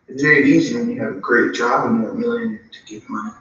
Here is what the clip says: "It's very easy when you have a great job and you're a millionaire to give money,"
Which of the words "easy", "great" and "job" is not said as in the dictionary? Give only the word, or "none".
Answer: none